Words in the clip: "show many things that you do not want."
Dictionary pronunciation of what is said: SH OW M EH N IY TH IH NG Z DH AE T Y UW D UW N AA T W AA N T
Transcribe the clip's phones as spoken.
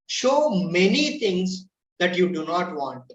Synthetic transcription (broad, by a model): SH OW M EH N IY T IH NG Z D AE T Y UW D UW N AA T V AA N T